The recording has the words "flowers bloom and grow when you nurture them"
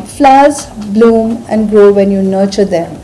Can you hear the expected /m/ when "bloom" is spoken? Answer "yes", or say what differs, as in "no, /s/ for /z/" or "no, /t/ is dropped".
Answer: yes